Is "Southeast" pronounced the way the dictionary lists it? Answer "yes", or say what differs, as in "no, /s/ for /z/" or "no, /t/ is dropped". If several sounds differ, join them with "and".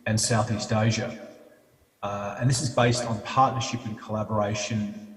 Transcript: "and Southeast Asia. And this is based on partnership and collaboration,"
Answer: yes